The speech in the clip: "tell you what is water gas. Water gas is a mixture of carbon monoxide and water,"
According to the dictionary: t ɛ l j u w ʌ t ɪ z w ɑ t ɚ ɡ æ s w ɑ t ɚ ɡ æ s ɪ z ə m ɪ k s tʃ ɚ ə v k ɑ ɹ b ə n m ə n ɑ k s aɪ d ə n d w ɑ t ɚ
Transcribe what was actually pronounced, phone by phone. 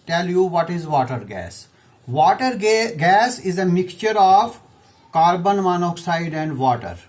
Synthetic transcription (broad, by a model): t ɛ l j u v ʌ t ɪ z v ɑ t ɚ ɡ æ s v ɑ t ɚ ɡ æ s ɪ z ə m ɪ k tʃ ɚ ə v k ɑ ɹ b ə n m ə n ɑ k s aɪ d ə n d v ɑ t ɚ